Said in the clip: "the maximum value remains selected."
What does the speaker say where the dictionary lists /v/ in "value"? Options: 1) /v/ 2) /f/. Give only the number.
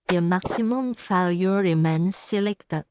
2